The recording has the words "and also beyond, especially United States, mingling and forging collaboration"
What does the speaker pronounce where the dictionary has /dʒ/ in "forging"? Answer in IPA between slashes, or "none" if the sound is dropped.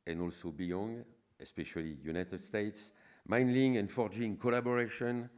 /dʒ/